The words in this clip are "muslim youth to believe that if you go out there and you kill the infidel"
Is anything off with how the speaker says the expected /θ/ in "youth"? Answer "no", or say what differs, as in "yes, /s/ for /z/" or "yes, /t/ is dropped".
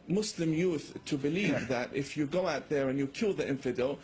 no